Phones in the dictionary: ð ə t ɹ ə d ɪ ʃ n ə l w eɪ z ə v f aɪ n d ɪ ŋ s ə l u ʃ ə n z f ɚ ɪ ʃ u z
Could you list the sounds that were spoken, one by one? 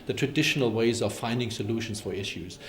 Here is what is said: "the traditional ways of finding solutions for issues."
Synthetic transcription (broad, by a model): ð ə t ɹ ə d ɪ ʃ n ə l w eɪ z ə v f aɪ n d ɪ ŋ s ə l u ʃ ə n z f ɚ ɪ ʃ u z